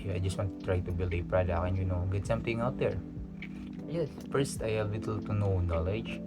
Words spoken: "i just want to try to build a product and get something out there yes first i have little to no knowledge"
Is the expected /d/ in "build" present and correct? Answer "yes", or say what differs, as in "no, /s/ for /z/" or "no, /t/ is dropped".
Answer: no, /d/ is dropped